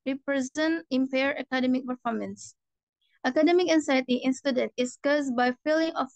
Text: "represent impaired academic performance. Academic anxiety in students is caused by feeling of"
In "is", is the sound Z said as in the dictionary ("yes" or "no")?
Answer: no